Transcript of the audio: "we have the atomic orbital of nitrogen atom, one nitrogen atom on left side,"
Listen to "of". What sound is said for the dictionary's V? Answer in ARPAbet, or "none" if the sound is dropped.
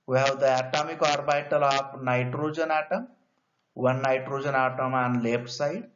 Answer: P